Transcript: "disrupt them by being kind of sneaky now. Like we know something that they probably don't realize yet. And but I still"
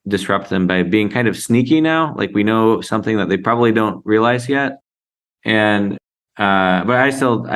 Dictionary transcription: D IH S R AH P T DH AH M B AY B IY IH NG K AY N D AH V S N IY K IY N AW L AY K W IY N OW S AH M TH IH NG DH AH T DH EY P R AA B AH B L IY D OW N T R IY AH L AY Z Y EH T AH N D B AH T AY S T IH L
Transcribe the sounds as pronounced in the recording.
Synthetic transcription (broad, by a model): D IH S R AH P T DH AH M B AY B IY IH NG K AY N D AH V S N IY K IY N AW L AY K W IY N OW S AH M TH IH NG DH AH T DH EY P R AA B AH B L IY D OW N T R IY AH L AY Z Y EH T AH N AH B AH T AY S T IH L